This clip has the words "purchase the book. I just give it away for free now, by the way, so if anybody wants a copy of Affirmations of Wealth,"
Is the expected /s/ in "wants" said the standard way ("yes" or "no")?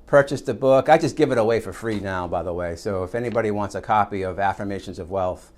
yes